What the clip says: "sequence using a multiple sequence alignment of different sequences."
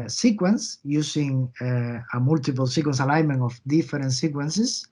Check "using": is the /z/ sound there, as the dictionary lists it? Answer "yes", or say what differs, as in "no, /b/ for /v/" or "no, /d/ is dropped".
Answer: no, /s/ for /z/